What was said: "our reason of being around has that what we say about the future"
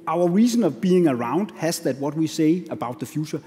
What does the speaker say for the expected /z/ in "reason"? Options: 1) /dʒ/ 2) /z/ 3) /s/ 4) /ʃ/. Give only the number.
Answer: 3